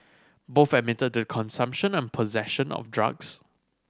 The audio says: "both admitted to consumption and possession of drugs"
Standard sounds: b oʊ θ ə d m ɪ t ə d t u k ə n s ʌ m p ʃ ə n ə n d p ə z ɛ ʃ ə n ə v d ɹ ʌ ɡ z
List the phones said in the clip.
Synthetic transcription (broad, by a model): b oʊ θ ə m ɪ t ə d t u k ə n s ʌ m p ʃ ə n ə n p ə z ɛ ʃ ə n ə f d ɹ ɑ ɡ s